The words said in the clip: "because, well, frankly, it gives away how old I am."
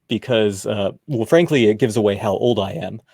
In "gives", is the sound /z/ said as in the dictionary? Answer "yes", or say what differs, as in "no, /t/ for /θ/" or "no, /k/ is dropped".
yes